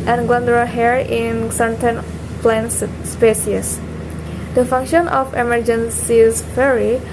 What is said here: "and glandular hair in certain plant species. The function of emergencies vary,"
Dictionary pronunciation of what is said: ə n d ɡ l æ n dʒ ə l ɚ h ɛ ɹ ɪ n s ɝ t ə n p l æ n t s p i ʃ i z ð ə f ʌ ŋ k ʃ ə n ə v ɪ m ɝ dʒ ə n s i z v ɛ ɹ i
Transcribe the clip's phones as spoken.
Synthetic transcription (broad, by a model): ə n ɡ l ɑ n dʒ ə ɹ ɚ h ɛ ɹ ɪ n s ɝ t ə n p l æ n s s p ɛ s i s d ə f ʌ ŋ k ʃ ə n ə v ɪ m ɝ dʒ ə n s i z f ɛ ɹ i